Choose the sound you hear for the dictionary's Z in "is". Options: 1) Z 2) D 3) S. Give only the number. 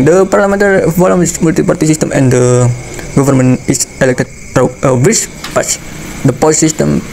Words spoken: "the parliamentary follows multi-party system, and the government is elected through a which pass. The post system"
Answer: 3